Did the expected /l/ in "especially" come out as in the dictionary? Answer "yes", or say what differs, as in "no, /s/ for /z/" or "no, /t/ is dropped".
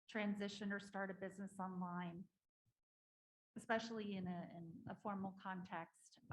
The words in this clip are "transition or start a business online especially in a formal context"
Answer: no, /n/ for /l/